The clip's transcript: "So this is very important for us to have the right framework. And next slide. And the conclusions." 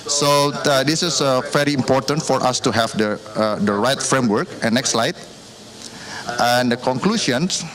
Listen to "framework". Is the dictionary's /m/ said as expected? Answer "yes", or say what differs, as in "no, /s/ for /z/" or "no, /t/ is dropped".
yes